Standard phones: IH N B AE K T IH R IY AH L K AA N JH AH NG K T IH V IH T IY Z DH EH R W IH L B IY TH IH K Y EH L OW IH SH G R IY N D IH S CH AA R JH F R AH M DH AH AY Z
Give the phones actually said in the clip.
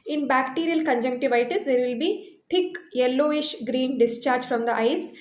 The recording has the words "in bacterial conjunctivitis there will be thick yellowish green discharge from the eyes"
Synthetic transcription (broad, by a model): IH N B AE K T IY R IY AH L K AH N JH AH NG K T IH V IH T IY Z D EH R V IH L B IY T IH K Y EH L OW IH SH G R IY N D IH S CH AA R JH F R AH M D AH AY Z